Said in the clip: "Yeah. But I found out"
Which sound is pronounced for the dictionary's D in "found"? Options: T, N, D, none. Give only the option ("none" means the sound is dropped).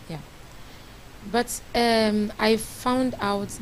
D